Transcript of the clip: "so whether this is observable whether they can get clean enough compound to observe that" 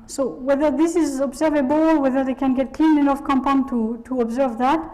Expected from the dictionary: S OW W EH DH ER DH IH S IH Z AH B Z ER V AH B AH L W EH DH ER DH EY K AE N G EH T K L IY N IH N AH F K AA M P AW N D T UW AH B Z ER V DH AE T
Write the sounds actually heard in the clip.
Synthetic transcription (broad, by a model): S OW W EH DH ER DH IH S IH Z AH B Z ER V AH B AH L W EH DH ER DH EY K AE N G EH T K L IY N IH N AH F K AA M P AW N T T UW AH B Z ER V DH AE T